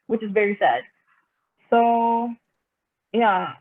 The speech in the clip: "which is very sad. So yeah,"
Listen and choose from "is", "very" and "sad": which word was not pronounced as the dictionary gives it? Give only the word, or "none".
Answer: none